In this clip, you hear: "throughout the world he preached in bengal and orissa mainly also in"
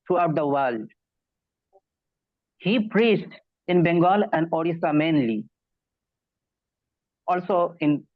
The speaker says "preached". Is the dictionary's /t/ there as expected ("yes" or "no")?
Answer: yes